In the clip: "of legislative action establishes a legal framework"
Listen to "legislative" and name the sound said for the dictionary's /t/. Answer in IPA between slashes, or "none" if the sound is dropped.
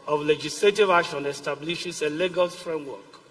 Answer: /t/